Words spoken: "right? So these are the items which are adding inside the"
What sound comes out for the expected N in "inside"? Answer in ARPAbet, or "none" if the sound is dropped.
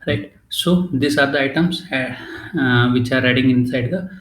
N